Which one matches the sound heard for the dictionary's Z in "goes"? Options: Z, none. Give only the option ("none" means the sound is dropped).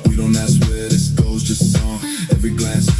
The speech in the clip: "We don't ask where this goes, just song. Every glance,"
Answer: Z